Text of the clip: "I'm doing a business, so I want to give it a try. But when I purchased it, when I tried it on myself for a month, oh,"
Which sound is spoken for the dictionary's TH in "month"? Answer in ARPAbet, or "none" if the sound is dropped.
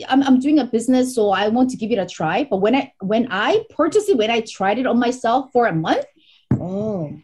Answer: TH